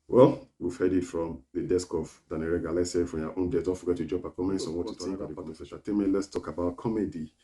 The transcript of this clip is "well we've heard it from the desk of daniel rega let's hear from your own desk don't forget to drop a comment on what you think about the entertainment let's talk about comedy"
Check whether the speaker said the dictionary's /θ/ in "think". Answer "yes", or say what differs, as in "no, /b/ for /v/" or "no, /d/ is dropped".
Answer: no, /t/ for /θ/